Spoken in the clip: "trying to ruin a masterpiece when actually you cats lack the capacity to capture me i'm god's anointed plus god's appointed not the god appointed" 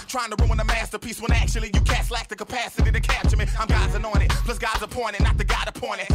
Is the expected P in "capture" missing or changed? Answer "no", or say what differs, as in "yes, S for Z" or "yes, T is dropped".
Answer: yes, P is dropped